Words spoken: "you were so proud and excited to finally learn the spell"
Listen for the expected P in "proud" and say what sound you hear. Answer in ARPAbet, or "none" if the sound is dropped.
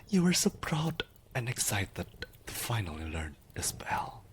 P